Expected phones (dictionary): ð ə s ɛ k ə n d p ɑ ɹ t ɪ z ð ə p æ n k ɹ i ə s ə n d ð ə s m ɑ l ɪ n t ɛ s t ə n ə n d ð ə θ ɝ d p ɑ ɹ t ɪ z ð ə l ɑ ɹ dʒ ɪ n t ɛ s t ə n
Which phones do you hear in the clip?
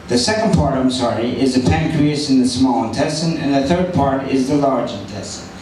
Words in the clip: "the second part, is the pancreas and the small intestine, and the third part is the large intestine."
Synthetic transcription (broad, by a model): ð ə s ɛ k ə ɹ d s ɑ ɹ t ɪ z ð ə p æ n k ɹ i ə ə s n ð ə s m ɑ l ɪ n t ɛ s t ə n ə n ð ə θ ɝ d p ɑ ɹ t ɪ z ð ə l ɑ ɹ dʒ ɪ n t ɛ s t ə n